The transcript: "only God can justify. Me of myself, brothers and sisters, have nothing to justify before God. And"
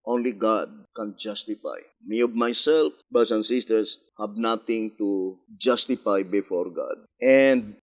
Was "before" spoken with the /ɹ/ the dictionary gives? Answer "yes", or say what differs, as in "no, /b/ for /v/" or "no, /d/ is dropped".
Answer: yes